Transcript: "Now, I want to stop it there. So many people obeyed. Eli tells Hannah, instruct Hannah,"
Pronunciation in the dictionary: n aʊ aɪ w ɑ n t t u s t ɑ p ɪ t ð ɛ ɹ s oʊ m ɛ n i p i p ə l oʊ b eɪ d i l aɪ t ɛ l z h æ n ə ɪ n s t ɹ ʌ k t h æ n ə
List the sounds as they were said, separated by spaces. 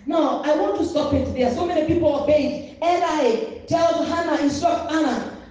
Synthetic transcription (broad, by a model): n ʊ aɪ w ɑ n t t u s t ɑ p ɪ t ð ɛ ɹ s oʊ m ɛ n i p i p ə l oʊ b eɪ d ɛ n aɪ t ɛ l h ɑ n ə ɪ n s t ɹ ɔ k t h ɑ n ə